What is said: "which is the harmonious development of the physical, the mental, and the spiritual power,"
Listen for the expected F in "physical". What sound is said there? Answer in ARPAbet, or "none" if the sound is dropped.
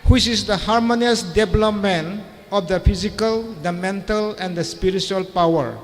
P